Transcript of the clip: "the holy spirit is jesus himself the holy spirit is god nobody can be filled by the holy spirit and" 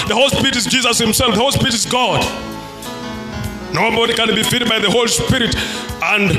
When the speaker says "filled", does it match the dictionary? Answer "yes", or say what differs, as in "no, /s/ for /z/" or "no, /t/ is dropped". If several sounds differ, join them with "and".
no, /l/ is dropped